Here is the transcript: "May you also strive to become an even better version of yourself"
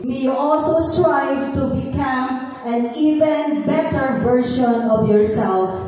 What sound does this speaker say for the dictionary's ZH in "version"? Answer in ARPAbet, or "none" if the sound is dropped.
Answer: SH